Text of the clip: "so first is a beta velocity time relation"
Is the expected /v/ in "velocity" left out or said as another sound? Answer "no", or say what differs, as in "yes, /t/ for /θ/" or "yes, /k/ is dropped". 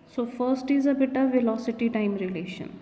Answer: no